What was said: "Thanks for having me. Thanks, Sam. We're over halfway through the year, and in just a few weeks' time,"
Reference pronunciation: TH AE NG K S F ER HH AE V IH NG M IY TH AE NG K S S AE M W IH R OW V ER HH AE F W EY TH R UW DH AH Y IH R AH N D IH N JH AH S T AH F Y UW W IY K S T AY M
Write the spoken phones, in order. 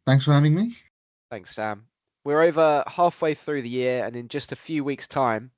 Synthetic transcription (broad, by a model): TH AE NG K S F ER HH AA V IH NG M IY TH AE NG K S S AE M W IH R OW V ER HH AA F W EY TH R UW DH AH Y IH R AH N IH N JH AH S T AH F Y UW W IY K S T AY M